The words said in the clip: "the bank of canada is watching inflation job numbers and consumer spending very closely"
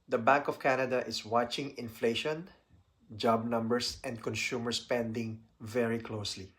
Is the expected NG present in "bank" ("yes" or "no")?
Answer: yes